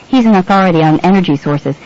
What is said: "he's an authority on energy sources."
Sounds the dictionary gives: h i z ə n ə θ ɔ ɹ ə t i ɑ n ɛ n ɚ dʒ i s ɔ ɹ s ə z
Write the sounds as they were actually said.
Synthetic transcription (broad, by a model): h i z ə n ə θ ɔ ɹ ə t i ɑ n ɛ n ɚ dʒ i s ɔ ɹ s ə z